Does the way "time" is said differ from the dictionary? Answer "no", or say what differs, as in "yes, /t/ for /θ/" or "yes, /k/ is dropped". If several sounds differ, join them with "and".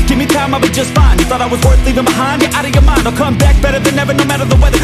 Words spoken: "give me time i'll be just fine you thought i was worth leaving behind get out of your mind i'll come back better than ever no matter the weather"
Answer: no